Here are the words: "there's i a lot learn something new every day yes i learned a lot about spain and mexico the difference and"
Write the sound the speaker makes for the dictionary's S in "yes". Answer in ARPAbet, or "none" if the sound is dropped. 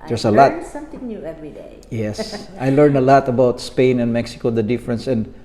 S